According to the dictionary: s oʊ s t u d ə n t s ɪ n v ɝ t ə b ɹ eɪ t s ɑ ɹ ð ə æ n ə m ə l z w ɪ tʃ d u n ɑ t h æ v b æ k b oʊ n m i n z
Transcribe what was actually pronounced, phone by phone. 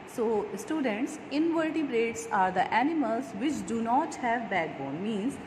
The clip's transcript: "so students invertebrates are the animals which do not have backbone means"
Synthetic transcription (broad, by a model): s oʊ s t u d ə n t s ɪ n v ɝ t ə b ɹ eɪ t s ɑ ɹ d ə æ n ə m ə l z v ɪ tʃ d u n ɑ t h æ v b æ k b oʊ n m i n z